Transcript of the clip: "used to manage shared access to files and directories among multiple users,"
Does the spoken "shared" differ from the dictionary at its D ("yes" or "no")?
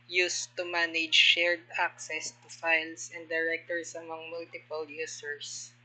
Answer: no